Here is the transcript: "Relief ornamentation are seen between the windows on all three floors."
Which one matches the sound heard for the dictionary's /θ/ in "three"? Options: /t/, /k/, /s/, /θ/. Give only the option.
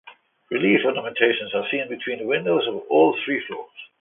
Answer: /θ/